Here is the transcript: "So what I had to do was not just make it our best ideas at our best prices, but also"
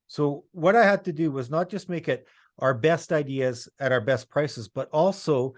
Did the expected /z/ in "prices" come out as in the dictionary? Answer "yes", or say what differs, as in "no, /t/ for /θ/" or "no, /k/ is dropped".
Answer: yes